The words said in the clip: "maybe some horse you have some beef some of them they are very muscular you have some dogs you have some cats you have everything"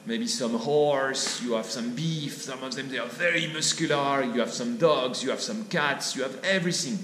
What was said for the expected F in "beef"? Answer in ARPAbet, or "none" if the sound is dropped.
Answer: F